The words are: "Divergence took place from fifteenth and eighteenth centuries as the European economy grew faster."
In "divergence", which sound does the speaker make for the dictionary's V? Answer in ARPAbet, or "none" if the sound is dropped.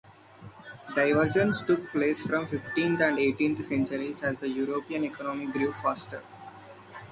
V